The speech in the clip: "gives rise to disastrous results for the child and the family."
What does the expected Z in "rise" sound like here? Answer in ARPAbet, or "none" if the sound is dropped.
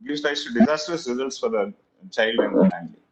S